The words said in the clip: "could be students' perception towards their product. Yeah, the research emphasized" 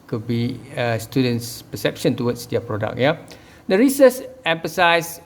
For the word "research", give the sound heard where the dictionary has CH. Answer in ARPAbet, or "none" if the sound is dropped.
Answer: S